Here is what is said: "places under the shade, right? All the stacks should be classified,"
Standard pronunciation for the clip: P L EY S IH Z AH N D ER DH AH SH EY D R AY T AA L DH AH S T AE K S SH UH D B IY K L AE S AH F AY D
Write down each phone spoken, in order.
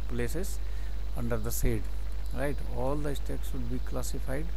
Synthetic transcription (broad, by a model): P L EY S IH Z AH N D ER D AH S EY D R AY T AA L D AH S T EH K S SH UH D B IY K L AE S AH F AY D